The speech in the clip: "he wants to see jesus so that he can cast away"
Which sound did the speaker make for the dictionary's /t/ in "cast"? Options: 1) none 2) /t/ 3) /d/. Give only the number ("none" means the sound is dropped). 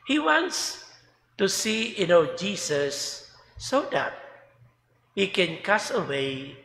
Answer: 1